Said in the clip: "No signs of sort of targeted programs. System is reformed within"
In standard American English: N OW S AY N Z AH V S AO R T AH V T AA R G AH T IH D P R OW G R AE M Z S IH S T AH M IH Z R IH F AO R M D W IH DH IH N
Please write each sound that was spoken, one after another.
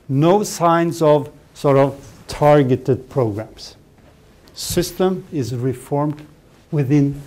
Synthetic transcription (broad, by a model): N OW S AY N Z AH V S AO R T AH V T AA R G AH T IH D P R OW G R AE M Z S IH S T AH M IH Z R IH F AO R M D W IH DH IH N